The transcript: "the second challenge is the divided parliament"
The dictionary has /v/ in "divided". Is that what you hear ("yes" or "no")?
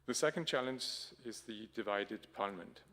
yes